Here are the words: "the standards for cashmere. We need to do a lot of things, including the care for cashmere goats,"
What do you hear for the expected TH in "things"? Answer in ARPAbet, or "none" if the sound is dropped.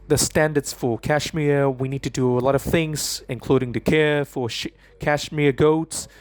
TH